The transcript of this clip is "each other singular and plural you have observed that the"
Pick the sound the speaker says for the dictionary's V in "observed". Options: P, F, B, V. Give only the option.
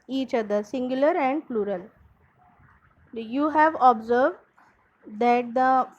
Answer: V